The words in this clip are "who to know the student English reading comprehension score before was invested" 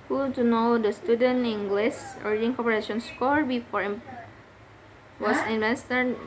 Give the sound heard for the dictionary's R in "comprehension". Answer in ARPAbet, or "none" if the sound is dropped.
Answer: none